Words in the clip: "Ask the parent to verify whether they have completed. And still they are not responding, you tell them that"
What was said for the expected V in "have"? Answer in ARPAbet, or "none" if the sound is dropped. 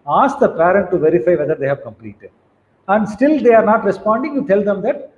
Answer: V